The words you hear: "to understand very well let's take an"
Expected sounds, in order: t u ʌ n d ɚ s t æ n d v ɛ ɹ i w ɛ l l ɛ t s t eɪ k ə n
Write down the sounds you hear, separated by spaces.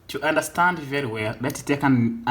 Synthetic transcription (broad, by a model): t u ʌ n d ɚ s t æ n d v ɛ ɹ i w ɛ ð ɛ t t eɪ k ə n